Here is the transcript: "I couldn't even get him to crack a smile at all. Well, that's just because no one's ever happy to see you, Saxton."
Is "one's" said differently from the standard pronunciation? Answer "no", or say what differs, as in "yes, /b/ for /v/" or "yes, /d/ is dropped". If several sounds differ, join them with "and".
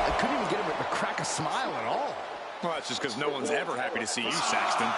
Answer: no